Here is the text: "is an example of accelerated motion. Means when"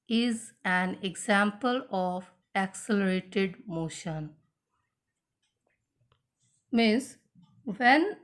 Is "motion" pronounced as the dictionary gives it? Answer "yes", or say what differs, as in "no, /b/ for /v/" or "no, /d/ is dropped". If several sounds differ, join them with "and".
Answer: yes